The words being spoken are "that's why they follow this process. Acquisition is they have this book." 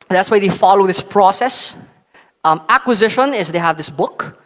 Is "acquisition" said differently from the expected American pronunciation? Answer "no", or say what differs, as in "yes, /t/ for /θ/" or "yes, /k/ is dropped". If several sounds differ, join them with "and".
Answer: no